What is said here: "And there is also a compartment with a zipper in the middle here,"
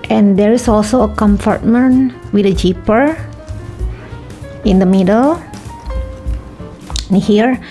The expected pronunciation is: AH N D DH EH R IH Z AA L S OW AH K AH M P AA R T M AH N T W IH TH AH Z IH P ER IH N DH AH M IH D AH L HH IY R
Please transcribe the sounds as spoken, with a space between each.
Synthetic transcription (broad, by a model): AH N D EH R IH S AA L S OW AH K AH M F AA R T M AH N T W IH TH AH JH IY P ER IH N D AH M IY D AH L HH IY R